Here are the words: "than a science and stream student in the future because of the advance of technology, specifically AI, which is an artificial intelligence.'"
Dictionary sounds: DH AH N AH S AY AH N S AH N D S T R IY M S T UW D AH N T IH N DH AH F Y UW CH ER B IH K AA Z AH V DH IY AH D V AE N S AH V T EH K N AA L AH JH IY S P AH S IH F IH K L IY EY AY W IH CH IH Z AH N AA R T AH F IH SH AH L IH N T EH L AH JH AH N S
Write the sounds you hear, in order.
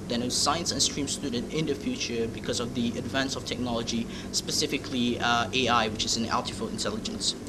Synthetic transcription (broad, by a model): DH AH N AH S AY AH N S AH N S T R IY M S T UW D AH N T IH N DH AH F Y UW CH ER B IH K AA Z AH V DH IY AH D V AE N S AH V T EH K N AA L AH JH IY S P AH S IH F IH K L IY EY AY W IH CH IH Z AH N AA L T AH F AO AH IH N T EH L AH JH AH N S